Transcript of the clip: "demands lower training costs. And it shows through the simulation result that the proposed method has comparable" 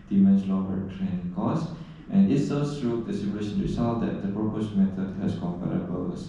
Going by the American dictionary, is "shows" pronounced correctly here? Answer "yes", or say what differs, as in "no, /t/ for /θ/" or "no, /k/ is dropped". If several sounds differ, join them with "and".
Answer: no, /s/ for /ʃ/